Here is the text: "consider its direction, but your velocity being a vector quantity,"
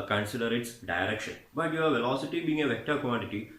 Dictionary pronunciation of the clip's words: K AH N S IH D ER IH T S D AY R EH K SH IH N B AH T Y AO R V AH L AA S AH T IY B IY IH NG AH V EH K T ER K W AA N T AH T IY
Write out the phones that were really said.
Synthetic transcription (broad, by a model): K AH N S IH D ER IH T S D AY R EH K SH IH N B AH T Y AO R V AH L AA S AH T IY B IY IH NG AH V EH K T ER K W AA N T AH T IY